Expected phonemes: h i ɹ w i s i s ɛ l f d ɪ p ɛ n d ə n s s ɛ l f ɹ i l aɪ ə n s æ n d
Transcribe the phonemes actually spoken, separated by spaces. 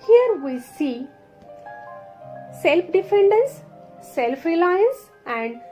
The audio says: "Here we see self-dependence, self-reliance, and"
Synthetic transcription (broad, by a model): h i ɹ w i s i s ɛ l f d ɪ f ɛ n d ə n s s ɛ l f ɹ i l aɪ ə n s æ n d